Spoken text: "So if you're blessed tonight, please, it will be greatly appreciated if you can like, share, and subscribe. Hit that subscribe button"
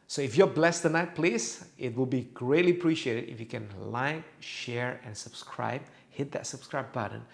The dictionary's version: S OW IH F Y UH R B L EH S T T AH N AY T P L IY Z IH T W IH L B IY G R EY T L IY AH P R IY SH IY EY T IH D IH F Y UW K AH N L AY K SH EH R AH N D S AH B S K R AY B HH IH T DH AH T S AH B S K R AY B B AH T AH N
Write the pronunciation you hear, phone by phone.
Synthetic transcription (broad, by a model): S OW IH F Y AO B L EH S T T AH N AY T P L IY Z IH T W IH L B IY G R EY T L IY AH P R IY SH IY EY T IH D IH F Y UW K AH N L AY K SH EH R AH N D S AH B S K R AY B HH IH T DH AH T S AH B S K R AY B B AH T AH N